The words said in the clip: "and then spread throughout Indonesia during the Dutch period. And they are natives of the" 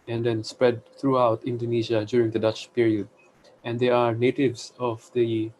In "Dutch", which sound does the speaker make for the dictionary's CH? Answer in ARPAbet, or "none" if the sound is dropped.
CH